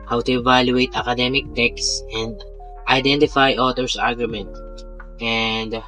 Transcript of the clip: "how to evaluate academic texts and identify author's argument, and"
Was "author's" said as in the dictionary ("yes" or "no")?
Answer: no